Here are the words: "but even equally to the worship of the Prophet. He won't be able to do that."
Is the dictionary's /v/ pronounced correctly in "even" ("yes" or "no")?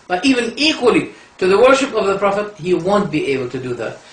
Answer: yes